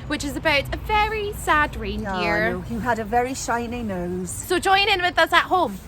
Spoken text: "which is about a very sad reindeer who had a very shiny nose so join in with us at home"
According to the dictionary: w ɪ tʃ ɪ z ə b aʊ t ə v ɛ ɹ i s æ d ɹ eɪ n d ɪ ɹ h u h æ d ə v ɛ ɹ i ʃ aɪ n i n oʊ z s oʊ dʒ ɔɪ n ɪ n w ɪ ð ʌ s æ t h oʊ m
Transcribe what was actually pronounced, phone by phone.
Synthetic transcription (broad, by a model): w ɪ tʃ ɪ z ə b aʊ t ə v ɛ ɹ i s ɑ d ɹ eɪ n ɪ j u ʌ d ə v ɛ ɹ i ʃ aɪ n i n oʊ z s oʊ dʒ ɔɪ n ɪ n w ɪ ð ʌ s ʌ t h oʊ m